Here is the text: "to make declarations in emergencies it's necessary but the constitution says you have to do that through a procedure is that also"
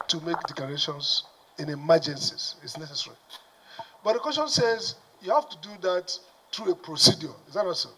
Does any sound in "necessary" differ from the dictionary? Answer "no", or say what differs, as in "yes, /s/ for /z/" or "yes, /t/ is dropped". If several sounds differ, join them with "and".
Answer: no